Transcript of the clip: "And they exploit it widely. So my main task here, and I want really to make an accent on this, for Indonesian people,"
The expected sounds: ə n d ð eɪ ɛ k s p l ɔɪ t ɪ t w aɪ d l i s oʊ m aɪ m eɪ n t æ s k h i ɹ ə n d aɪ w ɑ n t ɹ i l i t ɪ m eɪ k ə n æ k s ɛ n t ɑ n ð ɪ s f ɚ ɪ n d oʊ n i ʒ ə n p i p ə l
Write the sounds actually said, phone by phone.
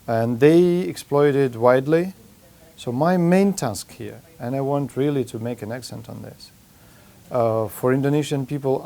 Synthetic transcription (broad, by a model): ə n ð eɪ ɛ k s p l ɔɪ t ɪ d w aɪ d l i s oʊ m aɪ m eɪ n t æ s k h i ɹ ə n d aɪ w ɑ n t ɹ i l i t ɪ m eɪ k ə n æ k s ɛ n t n ð ɪ s f ɚ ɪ n d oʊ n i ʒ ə n p i p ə l